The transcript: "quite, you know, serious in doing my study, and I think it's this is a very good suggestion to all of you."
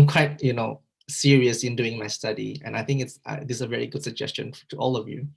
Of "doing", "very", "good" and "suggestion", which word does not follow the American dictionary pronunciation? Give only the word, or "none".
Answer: none